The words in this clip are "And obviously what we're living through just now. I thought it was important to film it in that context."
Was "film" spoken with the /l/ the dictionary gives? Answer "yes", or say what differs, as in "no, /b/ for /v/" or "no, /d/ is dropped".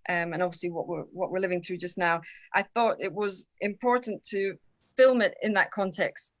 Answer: yes